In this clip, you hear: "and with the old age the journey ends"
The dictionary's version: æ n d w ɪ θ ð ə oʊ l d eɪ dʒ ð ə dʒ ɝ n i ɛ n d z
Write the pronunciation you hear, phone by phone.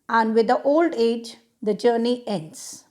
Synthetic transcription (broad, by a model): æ n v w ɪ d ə oʊ l d eɪ dʒ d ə dʒ ɝ n i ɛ n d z